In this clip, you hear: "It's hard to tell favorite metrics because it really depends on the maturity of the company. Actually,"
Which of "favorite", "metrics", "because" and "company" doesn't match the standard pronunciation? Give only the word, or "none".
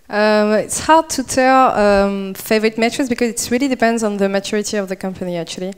metrics